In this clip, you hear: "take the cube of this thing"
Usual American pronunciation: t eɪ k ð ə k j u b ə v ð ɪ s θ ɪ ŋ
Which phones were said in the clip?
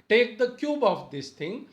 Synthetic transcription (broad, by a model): t eɪ k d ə k j u b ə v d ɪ s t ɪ ŋ